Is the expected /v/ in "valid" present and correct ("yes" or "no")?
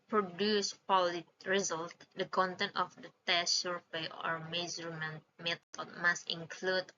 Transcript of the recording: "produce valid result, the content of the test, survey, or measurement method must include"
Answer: no